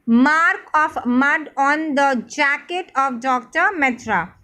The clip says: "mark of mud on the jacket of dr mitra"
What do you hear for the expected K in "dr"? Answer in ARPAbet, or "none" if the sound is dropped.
K